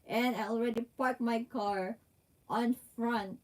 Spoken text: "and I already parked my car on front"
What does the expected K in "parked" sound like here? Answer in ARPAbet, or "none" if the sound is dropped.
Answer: none